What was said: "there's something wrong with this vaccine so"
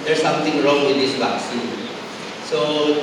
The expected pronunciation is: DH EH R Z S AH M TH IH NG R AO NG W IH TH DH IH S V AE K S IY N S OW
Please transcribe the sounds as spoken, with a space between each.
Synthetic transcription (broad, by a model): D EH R S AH M T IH NG R AO NG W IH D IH S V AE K S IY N S OW